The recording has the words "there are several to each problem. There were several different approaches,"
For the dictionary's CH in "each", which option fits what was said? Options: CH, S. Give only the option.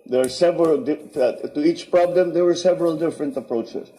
CH